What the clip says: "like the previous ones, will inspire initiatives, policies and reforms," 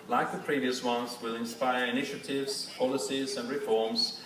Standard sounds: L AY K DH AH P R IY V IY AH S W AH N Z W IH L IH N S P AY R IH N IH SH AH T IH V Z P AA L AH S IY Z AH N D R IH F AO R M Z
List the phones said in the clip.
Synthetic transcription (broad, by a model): L AY K DH AH P R IY V IY AH S W AH N Z W IH L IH N S P AY R IH N IH SH AH T IH V Z P AA L AH S IY Z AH N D R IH F AO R M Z